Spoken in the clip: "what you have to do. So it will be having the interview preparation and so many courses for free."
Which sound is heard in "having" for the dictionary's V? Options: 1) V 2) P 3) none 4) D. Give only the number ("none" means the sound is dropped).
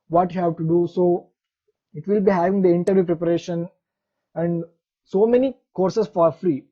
1